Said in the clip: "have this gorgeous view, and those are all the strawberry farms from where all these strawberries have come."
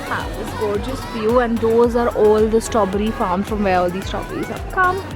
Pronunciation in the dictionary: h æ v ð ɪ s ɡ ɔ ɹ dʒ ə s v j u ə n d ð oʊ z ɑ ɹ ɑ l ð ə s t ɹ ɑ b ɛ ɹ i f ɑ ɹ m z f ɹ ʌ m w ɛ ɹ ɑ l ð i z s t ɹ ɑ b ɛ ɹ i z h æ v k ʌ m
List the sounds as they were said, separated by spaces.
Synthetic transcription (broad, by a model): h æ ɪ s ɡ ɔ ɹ dʒ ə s f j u ə n d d oʊ z ɑ ɹ ɑ l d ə s t ɑ b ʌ ɹ i f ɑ ɹ m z f ɹ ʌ m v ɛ ɹ ɑ l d i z s t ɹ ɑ b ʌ ɹ i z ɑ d k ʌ m